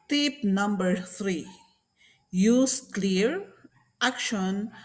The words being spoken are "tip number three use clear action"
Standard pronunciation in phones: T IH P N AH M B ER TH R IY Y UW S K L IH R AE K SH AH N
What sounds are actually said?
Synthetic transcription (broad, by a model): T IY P N AH M B ER T R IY Y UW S K L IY R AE K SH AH N